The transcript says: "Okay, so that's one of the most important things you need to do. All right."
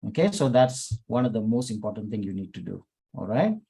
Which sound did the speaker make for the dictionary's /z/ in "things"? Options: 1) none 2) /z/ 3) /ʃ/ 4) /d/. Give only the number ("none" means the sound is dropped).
1